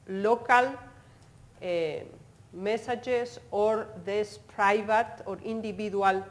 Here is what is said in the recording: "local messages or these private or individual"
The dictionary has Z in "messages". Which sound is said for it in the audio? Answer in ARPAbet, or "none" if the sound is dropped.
S